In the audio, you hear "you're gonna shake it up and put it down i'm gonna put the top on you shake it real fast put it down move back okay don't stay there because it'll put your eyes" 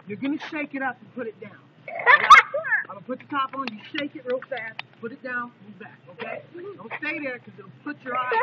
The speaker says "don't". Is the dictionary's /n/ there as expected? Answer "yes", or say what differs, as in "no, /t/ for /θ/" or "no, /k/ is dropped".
no, /l/ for /n/